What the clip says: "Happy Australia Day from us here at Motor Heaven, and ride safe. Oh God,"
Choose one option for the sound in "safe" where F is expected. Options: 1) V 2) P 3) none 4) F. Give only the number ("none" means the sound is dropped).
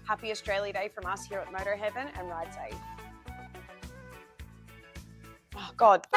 3